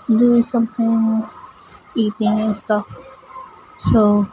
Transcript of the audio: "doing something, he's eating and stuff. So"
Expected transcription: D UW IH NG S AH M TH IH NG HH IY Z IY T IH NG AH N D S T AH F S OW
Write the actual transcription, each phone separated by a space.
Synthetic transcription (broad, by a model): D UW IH S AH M T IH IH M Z IY T IH NG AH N S T AH F S OW